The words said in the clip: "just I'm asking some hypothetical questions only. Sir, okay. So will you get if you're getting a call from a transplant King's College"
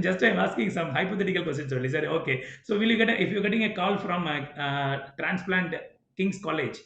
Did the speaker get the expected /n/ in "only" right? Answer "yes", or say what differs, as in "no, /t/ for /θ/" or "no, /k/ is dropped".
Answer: no, /n/ is dropped